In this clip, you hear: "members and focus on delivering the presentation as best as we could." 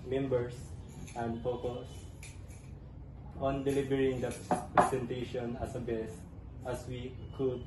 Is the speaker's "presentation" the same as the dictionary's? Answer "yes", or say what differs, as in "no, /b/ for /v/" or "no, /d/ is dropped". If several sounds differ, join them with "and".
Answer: no, /s/ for /z/